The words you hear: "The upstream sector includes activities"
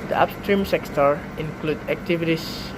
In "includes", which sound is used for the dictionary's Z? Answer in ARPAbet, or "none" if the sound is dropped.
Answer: none